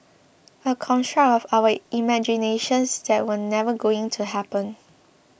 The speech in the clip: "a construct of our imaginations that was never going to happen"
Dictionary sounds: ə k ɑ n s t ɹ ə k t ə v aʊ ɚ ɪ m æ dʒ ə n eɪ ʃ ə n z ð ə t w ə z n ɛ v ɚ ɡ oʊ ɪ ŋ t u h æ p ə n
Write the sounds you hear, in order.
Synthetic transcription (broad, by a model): ə k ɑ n t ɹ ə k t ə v aʊ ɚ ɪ m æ dʒ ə n eɪ ʃ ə n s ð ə t w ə n ɛ v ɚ ɡ oʊ ɪ ŋ t u h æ p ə n